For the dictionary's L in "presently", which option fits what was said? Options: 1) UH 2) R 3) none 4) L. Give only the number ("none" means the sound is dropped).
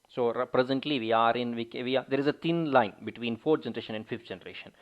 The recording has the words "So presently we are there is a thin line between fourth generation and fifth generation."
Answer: 4